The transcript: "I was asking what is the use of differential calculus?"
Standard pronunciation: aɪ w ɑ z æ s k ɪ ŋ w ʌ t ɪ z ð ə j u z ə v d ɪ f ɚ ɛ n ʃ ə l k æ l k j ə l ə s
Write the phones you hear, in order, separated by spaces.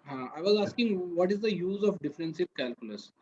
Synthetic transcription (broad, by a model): aɪ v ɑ z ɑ s k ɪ ŋ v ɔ t ɪ z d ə j u z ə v d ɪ f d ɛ n s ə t k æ l k j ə l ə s